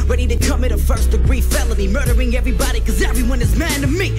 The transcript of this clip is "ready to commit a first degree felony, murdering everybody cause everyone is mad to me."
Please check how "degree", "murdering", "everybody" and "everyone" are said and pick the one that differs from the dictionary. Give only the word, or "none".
none